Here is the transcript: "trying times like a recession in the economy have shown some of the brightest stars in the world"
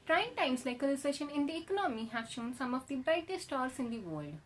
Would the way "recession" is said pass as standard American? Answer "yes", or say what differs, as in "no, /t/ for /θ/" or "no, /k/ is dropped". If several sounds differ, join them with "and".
no, /l/ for /ɹ/